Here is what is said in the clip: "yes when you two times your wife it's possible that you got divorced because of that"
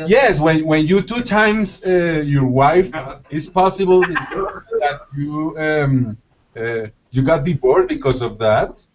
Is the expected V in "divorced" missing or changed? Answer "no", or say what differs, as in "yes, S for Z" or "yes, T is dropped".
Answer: yes, B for V